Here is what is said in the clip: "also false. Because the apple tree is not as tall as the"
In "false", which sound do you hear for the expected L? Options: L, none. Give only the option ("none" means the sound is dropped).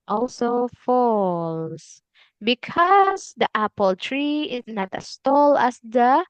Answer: L